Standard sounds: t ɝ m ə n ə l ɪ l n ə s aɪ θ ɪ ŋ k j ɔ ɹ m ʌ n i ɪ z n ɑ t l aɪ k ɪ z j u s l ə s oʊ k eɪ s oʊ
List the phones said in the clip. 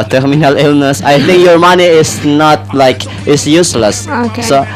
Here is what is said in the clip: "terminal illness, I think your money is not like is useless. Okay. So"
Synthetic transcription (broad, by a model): t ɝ m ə n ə l ɪ l n ə s aɪ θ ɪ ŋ k j ɔ ɹ m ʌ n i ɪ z n ɑ t l aɪ k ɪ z j u s l ə s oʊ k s oʊ